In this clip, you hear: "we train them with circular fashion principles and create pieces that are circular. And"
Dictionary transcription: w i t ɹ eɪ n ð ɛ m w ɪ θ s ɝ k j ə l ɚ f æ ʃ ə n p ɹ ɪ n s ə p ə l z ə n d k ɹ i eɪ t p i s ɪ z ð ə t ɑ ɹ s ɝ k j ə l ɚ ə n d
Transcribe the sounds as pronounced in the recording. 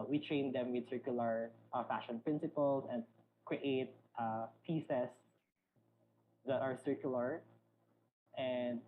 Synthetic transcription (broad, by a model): w i t ɹ eɪ n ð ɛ m w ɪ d s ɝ k j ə l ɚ f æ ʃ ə n p ɹ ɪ n s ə p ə l s ə n d k ɹ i eɪ t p i s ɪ s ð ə t ɑ ɹ s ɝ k j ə l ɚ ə n d